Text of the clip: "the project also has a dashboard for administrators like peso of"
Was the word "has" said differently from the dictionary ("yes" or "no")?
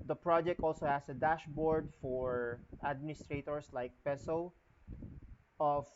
yes